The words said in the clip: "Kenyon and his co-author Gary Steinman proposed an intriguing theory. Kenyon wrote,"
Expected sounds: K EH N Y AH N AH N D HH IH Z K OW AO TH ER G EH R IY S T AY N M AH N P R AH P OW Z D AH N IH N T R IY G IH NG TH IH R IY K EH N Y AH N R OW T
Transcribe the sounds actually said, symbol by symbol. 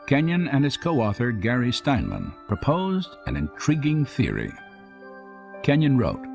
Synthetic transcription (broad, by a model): K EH N Y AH N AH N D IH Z K OW AO TH ER G EH R IY S T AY N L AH N P R AH P OW Z D AH N IH N T R IY G IH NG TH IH R IY K EH N Y AH N R OW T